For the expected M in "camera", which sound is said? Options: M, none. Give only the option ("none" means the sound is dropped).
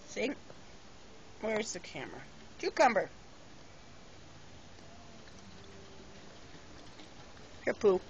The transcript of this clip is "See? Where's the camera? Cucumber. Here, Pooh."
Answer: M